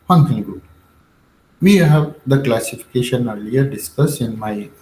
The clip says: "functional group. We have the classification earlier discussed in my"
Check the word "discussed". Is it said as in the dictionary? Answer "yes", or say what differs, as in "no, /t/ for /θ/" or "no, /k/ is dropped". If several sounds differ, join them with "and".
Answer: no, /t/ is dropped